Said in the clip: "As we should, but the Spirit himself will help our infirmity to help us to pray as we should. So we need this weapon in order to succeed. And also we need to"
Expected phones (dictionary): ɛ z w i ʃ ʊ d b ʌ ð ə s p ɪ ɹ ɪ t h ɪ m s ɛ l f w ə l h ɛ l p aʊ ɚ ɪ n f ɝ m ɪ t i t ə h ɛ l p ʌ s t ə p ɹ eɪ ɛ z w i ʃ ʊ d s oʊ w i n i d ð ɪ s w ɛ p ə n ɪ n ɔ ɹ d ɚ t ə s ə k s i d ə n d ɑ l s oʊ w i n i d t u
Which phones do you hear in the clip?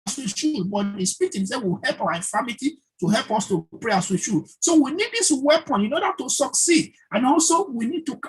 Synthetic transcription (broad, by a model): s w i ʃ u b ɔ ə s p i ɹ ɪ t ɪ s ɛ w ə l h ɛ l p aʊ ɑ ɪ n f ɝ m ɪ t i t ə h ɛ l p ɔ s t ə p ɹ eɪ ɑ s w i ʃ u s oʊ w i n i d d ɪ s w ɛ p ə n ɪ n ɔ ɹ d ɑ t ə s ə k s i d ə n ɑ l s oʊ w i n i d t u